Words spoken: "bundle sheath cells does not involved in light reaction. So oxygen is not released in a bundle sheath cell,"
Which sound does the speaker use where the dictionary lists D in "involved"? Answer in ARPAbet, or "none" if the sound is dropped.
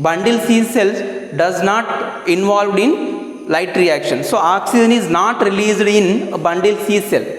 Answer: D